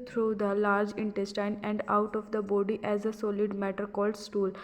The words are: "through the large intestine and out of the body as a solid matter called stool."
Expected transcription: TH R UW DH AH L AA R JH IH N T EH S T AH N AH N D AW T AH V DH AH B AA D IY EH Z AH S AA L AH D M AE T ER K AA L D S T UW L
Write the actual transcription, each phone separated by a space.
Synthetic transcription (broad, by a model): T R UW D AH L AA R JH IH N T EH S T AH N AH N D AW T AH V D AH B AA D IY EH Z AH S AA L AH D M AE T ER K AA L D S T UW L